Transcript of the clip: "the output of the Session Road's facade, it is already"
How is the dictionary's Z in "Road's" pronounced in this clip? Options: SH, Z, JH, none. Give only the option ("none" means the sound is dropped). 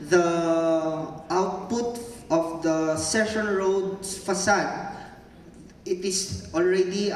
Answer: none